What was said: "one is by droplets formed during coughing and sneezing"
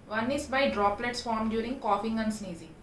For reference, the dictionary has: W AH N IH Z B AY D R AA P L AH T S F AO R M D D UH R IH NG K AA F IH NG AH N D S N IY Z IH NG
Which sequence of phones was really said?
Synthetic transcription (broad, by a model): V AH N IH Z B AY D R AA P L AH T S F AO R M D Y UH R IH NG K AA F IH NG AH N S N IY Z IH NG